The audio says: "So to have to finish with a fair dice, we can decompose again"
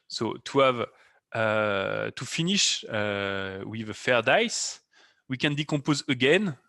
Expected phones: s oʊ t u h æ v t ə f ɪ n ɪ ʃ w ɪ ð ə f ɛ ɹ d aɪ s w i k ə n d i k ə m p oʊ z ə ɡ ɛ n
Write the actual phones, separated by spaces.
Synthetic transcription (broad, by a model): s oʊ t u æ v t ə f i n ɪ ʃ w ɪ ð ə f ɛ ɹ d aɪ s w i k ə n d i k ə p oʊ z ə ɡ ɛ n